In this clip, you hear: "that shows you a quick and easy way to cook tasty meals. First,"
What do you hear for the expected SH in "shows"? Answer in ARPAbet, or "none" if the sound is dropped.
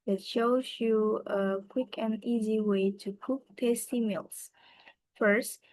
SH